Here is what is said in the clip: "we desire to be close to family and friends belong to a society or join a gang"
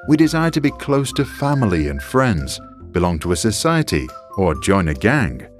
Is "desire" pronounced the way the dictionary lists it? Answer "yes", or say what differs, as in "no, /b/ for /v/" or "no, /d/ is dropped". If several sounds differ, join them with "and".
yes